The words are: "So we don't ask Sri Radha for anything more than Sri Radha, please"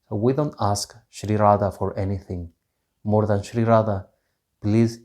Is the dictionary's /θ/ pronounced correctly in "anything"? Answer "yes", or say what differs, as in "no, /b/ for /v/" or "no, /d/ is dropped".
yes